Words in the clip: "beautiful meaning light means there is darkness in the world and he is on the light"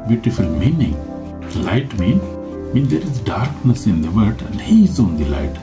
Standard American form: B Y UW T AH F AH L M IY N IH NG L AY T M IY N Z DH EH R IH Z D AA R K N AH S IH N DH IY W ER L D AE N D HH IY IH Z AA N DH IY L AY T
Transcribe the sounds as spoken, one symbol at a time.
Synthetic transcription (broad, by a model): B Y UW T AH F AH L M IY N IH NG L AY T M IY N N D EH R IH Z D AA R K N AH S IH N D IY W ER D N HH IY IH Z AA N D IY L AY T